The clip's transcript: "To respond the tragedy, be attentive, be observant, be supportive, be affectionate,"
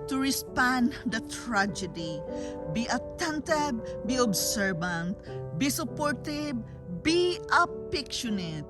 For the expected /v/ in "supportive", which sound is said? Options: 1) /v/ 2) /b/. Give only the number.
2